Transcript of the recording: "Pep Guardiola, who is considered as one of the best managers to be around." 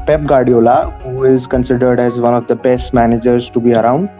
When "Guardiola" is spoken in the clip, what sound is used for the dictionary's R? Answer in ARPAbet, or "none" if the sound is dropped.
R